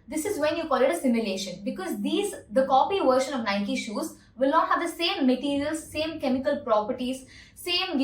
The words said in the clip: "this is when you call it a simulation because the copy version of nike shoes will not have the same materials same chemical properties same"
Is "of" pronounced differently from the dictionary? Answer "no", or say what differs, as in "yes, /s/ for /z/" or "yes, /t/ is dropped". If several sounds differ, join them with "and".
no